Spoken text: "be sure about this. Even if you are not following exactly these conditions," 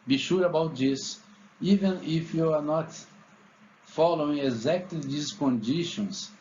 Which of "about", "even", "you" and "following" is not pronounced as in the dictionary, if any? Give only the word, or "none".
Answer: none